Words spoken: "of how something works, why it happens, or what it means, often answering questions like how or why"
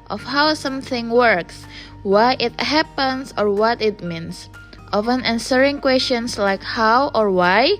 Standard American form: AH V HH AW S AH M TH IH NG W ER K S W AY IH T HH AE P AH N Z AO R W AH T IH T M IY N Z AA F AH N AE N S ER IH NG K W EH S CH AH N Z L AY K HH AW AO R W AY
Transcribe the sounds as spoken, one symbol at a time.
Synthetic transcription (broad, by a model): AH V HH AW S AH M TH IH NG W ER K S W AY IH T HH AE P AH N S AO R W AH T IH T M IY N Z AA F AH N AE N S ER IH NG K W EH S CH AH N S L AY K HH AW AO R W AY